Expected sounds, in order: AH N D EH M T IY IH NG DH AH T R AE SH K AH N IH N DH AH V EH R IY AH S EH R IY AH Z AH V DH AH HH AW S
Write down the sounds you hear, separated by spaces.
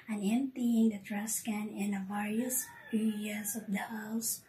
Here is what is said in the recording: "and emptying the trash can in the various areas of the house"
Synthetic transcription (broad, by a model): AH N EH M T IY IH NG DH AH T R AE S K AH N IH N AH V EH R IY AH S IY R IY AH S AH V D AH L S